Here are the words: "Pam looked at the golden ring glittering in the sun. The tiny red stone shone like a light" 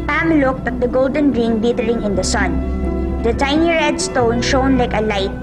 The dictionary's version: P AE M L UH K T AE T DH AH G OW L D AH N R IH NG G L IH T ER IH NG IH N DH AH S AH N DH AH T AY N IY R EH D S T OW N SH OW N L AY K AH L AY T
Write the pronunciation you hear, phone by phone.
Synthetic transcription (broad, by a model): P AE M L UH K T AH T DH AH G OW L D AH N R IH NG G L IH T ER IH NG IH N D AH S AH N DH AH T AY N IY R EH D S T OW N SH OW N L AY K AH L AY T